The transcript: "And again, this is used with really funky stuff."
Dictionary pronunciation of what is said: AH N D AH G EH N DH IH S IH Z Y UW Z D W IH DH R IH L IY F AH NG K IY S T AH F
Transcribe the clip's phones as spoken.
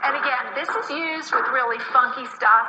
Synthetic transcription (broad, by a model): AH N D AH G EH N DH IH S IH Z Y UW Z D W IH DH R IH L IY F AH NG K IY S T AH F